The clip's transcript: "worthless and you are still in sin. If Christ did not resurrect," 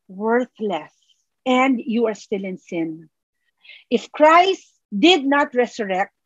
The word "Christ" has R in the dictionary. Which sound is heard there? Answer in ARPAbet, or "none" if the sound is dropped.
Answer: R